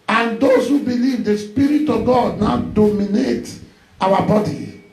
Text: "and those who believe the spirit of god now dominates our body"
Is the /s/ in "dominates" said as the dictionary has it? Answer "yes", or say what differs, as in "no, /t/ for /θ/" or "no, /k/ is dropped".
no, /s/ is dropped